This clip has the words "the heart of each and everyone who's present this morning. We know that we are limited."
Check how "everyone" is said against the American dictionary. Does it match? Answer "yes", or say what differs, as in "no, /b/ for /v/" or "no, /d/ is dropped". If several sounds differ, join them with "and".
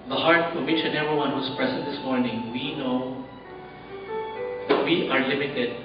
no, /v/ is dropped